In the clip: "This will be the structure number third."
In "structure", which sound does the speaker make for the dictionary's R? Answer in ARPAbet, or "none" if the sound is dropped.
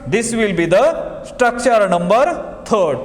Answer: R